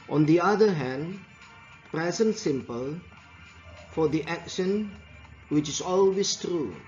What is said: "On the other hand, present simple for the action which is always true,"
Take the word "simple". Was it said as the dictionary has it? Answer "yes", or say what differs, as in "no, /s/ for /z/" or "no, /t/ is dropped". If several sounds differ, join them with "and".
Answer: yes